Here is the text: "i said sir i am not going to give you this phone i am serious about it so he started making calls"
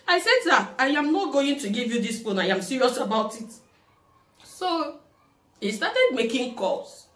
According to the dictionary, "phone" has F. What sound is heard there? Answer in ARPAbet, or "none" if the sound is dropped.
P